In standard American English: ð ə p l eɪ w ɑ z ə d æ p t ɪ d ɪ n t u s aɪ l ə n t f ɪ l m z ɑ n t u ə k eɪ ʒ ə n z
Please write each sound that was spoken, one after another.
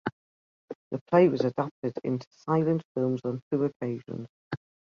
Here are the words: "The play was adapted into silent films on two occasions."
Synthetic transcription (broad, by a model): ð ə p l eɪ w ɑ z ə d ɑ p t ɪ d ɪ n t u s aɪ l ə n t f ɪ l m z n t u ə k eɪ ʒ ə n z